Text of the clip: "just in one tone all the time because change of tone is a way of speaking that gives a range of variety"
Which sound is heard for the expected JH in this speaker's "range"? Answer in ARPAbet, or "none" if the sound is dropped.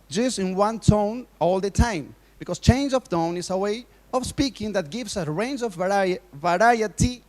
JH